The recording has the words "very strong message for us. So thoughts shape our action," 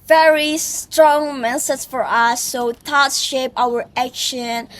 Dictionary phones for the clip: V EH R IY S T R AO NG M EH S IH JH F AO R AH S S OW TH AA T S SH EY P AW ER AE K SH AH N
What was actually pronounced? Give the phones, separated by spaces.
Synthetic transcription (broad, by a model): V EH R IY S T R AO NG M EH S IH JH F AO R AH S S OW T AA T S SH EY P AW ER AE K SH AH N